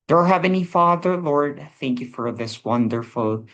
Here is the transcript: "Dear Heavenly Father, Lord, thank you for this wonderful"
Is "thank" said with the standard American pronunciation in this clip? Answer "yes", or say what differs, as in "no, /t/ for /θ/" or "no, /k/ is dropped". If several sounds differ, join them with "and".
yes